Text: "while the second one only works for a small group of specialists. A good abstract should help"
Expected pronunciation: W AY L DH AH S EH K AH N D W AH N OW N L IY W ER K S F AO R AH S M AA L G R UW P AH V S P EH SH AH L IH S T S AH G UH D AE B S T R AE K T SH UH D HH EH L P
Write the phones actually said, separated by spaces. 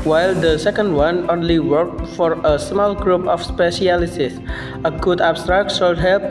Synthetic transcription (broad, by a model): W AY L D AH S EH K AH N D W AH N OW N L IY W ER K F AO R AH S M AA L G R UW P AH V S P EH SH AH L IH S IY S AH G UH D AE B S T R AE K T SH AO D HH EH L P